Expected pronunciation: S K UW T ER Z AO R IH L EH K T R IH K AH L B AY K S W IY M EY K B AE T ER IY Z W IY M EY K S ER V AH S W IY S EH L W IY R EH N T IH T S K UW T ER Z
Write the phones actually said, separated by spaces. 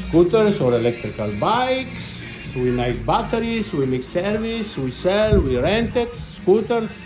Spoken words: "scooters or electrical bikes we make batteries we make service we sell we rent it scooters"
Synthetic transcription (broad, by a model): S K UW T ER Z AO R IH L EH K T R IH K AH L B AY K S W IY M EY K B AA T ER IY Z W IY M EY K S ER V AH S W IY S EH L W IY R EH N T IH T S K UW T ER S